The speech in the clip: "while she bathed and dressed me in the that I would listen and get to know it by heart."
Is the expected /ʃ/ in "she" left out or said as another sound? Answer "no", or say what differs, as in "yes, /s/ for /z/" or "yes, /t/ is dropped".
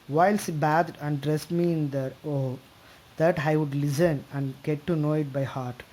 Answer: yes, /s/ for /ʃ/